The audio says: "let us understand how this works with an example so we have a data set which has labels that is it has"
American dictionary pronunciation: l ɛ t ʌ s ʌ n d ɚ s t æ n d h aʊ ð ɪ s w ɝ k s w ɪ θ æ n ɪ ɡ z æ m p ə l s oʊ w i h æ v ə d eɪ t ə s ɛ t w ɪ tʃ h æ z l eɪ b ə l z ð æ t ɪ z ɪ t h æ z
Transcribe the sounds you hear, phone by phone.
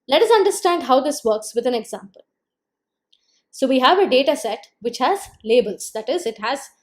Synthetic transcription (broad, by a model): l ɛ t ʌ s ʌ n d ɚ s t æ n d h aʊ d ɪ s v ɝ k s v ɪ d æ n ɪ ɡ z æ m p ə l s oʊ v i h æ v ə d eɪ t ə s ɛ t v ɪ tʃ h æ z l eɪ b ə l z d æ t ɪ z ɪ t h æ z